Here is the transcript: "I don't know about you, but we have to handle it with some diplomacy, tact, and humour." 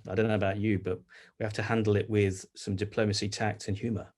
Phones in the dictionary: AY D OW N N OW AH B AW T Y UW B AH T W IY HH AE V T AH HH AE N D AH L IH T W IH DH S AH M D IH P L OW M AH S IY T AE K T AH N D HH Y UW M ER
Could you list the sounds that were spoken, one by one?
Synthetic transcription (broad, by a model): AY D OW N N OW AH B AW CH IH B AH T W IY HH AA F T AH HH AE N D L IH T W IH DH S AH M D IH P L OW M AH S IY T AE K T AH N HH Y UW M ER